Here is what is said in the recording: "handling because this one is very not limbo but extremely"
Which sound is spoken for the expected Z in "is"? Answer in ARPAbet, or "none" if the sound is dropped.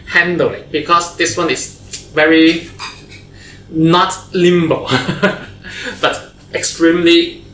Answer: S